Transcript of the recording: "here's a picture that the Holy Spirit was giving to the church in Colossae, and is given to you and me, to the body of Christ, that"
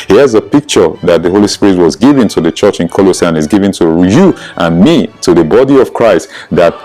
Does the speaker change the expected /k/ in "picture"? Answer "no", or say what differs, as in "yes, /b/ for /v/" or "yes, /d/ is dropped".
no